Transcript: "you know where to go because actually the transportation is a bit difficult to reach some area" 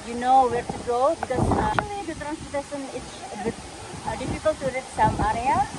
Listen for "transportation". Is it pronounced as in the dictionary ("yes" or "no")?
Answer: no